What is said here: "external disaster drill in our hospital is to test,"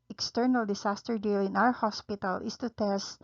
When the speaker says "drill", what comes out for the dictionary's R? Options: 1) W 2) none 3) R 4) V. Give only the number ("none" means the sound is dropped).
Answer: 2